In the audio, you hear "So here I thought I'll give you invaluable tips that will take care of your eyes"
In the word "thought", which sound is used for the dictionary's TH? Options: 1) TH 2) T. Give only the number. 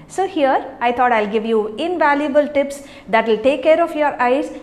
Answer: 2